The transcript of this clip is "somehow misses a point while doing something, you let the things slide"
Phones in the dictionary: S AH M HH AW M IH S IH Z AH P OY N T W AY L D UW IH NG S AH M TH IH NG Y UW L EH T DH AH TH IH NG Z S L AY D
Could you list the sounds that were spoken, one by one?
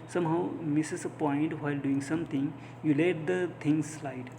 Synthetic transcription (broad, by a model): S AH M HH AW M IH S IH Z AH P OY N T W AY L D UW IH NG S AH M T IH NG Y UW L EH T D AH T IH NG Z S L AY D